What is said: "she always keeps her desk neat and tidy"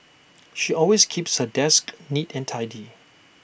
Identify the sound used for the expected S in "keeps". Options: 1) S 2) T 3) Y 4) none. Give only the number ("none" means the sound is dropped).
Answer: 1